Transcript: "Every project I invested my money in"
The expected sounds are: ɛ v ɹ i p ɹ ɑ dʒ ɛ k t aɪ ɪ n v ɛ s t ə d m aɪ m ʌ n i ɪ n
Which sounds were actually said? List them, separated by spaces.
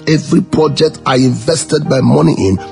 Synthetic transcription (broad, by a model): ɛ v ɹ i p ɹ ɑ dʒ ɛ k t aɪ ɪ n v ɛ s t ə d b aɪ m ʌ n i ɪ n